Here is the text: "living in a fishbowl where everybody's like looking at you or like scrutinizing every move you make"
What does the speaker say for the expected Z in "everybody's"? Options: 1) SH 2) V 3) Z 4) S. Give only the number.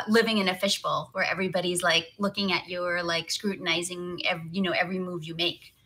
3